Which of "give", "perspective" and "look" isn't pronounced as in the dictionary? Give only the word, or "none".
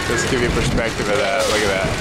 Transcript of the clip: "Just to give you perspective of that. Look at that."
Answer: look